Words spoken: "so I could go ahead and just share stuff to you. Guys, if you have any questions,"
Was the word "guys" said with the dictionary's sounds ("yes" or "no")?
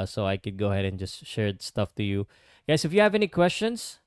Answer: no